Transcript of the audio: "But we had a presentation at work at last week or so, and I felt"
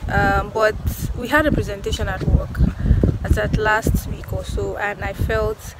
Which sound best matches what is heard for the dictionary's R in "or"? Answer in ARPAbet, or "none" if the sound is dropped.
L